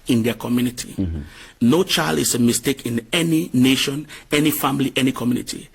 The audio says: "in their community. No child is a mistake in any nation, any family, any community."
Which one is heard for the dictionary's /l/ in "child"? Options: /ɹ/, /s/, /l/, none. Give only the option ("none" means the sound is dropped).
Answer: /l/